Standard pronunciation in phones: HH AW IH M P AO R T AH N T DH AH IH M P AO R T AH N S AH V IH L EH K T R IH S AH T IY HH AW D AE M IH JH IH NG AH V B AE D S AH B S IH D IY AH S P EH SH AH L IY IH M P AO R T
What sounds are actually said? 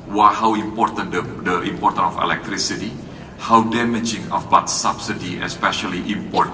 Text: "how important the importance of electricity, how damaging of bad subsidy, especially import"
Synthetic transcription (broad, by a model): HH AW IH M P AO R T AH N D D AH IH M P AO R T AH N AH F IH L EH K T R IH S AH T IY HH AW D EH M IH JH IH NG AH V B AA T S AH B S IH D IY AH S P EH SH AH L IY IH M P AO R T